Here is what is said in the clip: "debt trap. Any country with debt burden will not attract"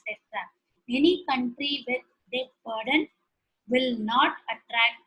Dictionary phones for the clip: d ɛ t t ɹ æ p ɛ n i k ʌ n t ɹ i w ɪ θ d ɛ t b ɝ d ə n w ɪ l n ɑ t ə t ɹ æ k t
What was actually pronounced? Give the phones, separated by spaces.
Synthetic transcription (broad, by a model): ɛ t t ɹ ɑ ɛ n i k ʌ n t ɹ i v ɪ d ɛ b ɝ d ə n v ɪ l n ɑ t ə t ɹ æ k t